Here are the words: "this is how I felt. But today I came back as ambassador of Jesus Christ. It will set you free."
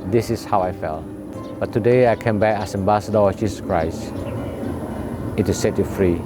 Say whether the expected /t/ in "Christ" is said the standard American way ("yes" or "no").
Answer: no